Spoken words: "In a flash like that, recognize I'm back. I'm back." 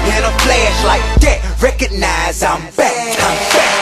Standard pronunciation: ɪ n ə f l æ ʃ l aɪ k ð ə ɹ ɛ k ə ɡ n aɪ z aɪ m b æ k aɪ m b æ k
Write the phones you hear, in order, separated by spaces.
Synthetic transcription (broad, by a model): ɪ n ə p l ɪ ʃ l aɪ k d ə ɹ ɛ k ə ɡ n aɪ z aɪ m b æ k aɪ m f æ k